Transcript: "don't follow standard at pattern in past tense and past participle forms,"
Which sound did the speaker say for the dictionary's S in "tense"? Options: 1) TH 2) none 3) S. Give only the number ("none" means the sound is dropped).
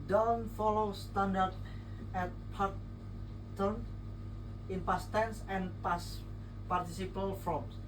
3